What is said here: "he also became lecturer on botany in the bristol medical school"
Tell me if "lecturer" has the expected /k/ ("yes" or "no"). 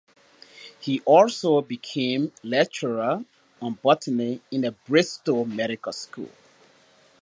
no